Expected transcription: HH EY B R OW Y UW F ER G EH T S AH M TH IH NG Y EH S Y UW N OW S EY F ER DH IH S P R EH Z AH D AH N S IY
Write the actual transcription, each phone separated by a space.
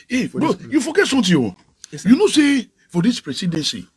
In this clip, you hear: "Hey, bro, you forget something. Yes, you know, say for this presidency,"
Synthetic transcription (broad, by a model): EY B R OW Y UW F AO G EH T S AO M T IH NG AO Y UW N OW S EY F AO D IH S P R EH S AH D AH N S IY